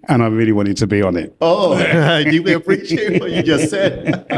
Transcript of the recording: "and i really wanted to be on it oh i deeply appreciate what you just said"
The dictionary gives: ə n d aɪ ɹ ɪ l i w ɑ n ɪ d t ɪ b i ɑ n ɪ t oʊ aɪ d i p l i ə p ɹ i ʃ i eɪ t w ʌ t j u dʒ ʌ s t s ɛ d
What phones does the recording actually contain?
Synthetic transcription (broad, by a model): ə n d aɪ ɹ ɪ l i w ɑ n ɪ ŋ t ɪ b i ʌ n ɪ t oʊ aɪ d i l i ə p ɹ i ʃ i eɪ t w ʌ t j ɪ dʒ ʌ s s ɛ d